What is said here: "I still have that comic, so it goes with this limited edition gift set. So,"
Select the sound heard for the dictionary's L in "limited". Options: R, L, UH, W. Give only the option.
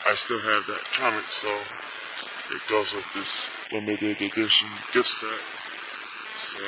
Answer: W